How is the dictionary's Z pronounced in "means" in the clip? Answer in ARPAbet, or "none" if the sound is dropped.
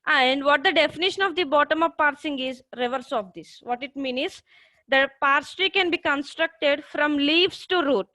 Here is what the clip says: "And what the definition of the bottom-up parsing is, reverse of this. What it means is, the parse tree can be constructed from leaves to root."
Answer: none